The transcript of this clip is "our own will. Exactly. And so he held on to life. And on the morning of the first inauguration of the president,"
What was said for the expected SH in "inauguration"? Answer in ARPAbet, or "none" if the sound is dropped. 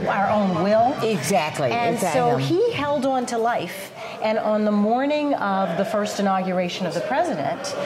SH